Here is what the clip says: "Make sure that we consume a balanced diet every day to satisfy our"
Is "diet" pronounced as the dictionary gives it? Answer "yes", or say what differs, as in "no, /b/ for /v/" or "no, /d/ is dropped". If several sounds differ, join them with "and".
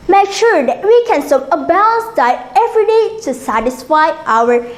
no, /t/ is dropped